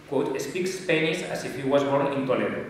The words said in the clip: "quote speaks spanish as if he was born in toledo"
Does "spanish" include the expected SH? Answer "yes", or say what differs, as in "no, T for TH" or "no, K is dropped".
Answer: no, S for SH